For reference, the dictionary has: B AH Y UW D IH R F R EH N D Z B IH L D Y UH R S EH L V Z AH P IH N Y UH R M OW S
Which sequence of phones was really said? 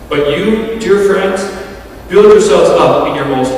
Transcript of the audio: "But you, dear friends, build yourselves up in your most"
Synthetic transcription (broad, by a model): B AH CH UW D IH R F R EH N D Z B IH L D Y UH R S EH L V Z AH P IH N Y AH R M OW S